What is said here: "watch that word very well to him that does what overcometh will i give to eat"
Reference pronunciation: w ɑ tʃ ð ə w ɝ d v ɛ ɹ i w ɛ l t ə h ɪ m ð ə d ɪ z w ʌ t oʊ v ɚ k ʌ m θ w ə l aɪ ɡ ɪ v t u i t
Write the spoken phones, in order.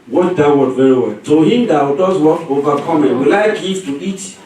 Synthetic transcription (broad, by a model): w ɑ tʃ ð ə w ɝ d v ɛ ɹ i w ɛ l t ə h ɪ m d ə d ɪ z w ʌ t oʊ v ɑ k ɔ m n w ə l aɪ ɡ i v t u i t